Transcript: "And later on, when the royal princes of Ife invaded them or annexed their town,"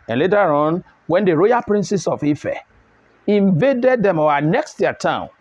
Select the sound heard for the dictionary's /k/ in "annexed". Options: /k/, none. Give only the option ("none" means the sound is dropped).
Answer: /k/